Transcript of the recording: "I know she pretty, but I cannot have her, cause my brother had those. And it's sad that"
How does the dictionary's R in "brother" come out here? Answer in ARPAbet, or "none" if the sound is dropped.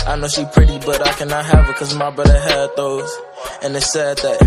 none